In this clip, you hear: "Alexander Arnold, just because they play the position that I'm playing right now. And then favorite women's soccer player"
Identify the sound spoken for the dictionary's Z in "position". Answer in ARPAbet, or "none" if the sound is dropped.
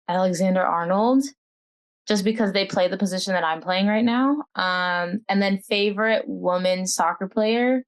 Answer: Z